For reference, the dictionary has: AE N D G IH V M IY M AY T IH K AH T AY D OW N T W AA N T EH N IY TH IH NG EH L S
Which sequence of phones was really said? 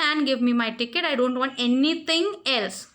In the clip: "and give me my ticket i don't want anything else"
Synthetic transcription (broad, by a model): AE N G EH V M IY M AY T IH K AH T AY D OW N T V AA N T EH N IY T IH NG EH L S